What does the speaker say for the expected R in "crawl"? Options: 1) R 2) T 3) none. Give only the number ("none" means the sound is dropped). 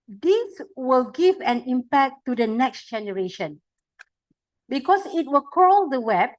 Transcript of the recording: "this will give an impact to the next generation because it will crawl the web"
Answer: 3